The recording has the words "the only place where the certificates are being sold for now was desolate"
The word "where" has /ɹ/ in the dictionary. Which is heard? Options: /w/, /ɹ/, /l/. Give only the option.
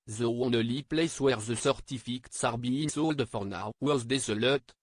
/ɹ/